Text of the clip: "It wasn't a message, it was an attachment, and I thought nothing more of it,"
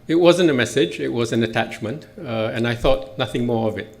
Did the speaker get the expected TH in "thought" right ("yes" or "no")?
yes